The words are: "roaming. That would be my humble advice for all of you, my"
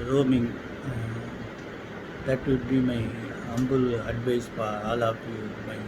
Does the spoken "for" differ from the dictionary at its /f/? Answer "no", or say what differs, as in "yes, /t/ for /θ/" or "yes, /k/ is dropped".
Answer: yes, /p/ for /f/